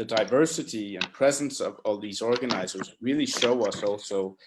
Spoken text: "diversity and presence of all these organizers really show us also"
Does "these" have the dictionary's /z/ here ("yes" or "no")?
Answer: yes